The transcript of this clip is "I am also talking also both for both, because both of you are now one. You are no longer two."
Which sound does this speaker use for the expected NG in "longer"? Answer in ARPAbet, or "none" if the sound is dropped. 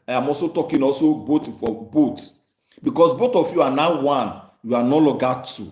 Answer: none